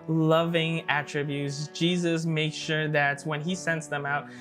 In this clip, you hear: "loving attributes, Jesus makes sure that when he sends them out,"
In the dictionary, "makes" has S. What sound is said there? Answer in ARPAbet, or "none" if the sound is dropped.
SH